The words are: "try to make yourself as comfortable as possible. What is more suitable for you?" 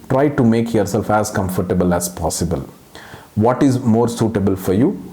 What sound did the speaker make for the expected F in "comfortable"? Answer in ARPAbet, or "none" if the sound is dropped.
F